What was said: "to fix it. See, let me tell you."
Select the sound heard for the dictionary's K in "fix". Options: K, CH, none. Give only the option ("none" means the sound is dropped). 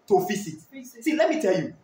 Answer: none